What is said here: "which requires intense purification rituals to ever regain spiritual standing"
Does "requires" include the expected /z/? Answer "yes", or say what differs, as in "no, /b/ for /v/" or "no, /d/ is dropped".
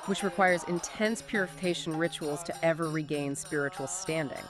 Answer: yes